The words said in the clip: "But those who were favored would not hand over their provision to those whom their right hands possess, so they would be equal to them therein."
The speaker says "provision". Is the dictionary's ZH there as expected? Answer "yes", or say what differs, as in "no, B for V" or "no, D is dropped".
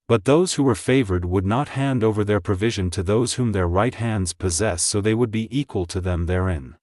yes